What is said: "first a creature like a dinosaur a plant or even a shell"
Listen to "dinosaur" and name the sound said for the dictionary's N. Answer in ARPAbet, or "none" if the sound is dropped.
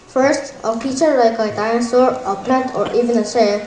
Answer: none